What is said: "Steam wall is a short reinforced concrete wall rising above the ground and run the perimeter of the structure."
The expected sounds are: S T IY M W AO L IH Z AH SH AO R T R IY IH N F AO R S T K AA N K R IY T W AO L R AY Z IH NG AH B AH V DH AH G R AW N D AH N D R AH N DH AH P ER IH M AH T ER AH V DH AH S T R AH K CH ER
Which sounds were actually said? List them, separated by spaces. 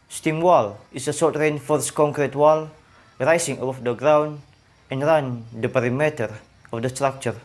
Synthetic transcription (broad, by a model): S T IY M W AO L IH S AH S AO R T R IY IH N F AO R S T K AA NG K R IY T W AO L R AY S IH NG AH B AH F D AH G R AW N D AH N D R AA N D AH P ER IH M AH T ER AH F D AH S T R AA K CH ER